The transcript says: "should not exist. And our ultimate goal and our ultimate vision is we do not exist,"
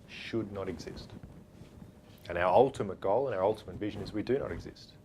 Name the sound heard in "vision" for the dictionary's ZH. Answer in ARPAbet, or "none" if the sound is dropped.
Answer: ZH